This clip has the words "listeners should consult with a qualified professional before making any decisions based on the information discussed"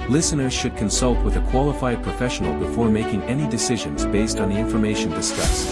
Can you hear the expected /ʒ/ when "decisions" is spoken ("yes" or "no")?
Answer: yes